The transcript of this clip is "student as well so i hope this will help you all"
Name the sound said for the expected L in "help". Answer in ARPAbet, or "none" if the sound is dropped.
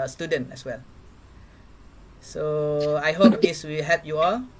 none